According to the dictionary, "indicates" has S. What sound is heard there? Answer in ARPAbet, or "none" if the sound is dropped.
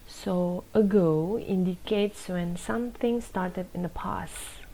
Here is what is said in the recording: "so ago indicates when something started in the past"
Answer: S